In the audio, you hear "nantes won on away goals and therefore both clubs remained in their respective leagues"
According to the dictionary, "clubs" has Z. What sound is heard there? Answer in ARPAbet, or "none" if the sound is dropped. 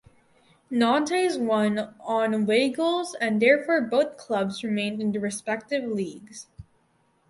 Z